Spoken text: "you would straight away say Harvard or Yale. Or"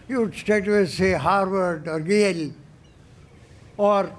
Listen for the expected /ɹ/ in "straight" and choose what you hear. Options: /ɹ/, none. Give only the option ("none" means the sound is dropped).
none